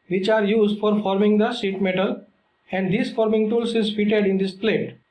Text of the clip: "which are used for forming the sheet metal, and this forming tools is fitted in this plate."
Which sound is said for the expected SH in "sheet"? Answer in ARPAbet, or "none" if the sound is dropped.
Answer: S